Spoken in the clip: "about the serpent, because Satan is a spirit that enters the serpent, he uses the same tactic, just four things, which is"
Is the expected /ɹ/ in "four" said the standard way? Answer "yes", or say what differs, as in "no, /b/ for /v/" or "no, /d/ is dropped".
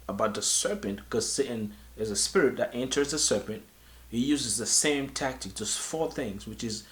yes